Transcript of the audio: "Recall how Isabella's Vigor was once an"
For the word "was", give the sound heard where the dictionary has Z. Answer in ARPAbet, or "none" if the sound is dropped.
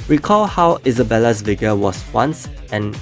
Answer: S